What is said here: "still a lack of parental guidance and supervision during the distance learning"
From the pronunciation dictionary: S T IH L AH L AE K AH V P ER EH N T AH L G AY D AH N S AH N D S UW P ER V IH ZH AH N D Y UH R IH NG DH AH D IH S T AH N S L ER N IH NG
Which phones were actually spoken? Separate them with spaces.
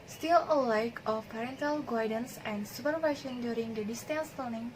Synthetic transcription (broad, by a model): S T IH L AH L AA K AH F P ER EH N T AH L G AY D AH N S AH N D S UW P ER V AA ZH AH N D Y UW R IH NG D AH D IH S T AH N S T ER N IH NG